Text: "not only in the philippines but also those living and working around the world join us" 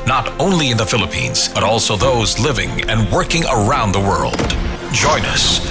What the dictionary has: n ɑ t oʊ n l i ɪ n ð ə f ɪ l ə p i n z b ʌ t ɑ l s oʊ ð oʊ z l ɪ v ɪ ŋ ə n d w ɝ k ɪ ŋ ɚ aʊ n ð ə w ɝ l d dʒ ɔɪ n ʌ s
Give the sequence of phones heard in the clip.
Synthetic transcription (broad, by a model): n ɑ t oʊ n l i ɪ n ð ə f ɪ l ə p i n z b ʌ t ɑ l s oʊ ð oʊ z l ɪ v ɪ ŋ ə n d w ɝ k ɪ ŋ ɚ aʊ n ð ə w ɝ l d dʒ ɔɪ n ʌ s